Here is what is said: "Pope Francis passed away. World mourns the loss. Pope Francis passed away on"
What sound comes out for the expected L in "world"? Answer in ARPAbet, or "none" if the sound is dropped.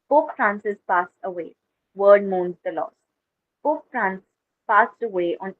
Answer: none